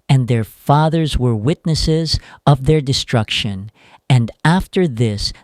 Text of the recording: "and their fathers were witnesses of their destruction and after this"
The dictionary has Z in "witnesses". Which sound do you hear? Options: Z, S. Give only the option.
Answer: Z